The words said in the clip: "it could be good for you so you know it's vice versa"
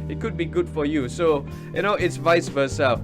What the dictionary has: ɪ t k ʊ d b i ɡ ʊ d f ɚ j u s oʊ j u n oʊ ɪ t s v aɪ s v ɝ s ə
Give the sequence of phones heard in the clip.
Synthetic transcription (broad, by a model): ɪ t k ʊ d b i ɡ ʊ d f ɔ j u s oʊ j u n oʊ ɪ t s v aɪ s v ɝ s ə